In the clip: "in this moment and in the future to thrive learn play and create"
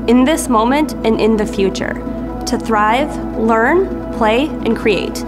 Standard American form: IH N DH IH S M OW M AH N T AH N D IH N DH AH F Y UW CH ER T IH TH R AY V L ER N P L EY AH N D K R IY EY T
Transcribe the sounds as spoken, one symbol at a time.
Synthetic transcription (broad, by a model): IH N DH IH S M OW M AH N T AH N IH N DH AH F Y UW CH ER T IH TH R AY V L ER N P L EY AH N K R IY EY T